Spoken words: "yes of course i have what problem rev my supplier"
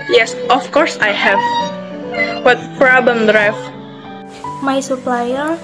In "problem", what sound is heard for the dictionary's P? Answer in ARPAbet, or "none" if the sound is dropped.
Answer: F